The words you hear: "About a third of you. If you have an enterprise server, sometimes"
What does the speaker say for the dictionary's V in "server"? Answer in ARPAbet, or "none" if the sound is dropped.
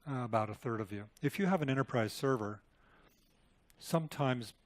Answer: V